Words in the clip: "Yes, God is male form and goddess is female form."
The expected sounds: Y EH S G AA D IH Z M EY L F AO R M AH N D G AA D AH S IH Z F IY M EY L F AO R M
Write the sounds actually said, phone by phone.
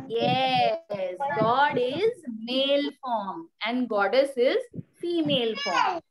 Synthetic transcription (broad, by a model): Y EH S G AA D IH Z M EY L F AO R M AH N D G AA D AH S IH Z F IY M EY L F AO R M